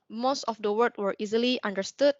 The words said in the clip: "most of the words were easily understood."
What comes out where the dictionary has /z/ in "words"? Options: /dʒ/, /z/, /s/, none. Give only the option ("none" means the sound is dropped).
none